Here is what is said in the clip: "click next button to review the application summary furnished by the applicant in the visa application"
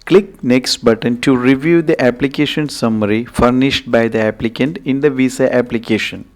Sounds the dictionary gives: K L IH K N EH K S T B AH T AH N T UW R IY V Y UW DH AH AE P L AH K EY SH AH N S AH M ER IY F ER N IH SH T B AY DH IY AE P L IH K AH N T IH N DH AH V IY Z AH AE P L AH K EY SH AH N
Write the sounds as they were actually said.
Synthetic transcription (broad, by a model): K L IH K N EH K S T B AH T AH N T UW R IY V Y UW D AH AE P L AH K EY SH AH N S AH M ER IY F ER N IH SH T B AY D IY AE P L IH K AH N T IH N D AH V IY S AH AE P L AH K EY SH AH N